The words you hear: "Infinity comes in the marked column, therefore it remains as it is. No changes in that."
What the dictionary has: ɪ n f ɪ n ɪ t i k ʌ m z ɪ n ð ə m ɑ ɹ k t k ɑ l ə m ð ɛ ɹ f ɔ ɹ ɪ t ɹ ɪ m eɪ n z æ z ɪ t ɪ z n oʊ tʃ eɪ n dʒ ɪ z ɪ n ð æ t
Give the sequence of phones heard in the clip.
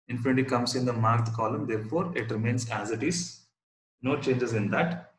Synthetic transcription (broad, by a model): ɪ n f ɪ n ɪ t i k ʌ m s ɪ n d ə m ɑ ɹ t k ɑ l ə m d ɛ ɹ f ɔ ɹ ɪ t ɹ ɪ m eɪ n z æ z ɪ t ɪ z n oʊ tʃ eɪ n dʒ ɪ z ɪ n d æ t